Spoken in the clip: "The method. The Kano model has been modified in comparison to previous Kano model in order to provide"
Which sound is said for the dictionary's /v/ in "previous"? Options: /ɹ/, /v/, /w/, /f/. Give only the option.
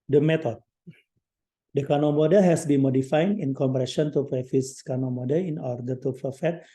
/f/